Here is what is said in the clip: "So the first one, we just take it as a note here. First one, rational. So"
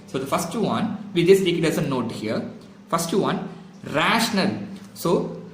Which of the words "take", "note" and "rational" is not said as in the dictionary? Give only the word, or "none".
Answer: none